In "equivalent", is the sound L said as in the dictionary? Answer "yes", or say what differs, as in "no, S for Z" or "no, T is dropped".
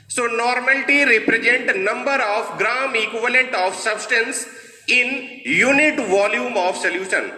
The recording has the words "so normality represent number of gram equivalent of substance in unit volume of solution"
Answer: yes